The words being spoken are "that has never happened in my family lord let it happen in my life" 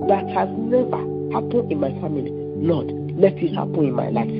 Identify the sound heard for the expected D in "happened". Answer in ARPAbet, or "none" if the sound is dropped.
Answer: none